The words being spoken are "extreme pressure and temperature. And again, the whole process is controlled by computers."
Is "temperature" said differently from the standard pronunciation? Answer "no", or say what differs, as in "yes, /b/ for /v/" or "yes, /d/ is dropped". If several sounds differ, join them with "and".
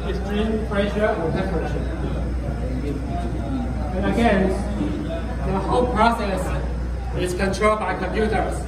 yes, /m/ is dropped